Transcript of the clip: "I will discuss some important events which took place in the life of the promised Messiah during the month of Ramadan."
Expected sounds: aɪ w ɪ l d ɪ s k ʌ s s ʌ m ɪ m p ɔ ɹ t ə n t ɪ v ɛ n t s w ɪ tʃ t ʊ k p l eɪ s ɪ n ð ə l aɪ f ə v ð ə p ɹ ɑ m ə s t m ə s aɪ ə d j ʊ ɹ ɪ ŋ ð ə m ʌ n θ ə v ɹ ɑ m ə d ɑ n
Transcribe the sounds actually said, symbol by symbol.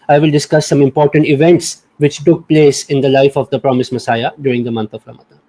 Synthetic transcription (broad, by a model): aɪ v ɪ l d ɪ s k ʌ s s ʌ m ɪ m p ɔ ɹ t ə n t ɪ v ɛ n t s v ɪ tʃ t ʊ k p l eɪ s ɪ n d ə l aɪ f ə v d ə p ɹ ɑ m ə s m ə s aɪ ə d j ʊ ɹ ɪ ŋ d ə m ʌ n t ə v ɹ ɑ m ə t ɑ